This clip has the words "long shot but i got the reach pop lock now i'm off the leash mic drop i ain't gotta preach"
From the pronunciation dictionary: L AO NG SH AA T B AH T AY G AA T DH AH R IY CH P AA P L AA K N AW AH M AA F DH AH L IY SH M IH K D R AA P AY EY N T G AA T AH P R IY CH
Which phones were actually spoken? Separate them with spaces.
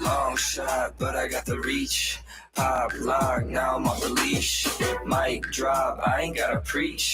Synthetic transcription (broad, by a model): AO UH SH AA T B AH T AY G AA T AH R IY CH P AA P L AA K N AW AH M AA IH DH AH L IY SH M IH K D R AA B AY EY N G AA T AH P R IY CH